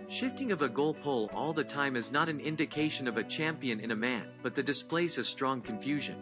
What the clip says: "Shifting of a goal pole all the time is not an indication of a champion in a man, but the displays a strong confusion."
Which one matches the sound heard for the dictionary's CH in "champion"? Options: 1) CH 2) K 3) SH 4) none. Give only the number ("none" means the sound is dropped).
1